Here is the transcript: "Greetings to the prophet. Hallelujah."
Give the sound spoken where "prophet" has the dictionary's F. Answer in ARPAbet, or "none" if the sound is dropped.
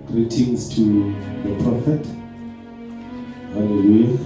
F